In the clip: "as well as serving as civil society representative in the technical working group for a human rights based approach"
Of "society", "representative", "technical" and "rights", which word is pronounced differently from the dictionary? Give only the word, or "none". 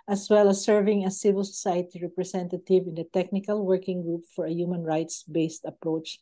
representative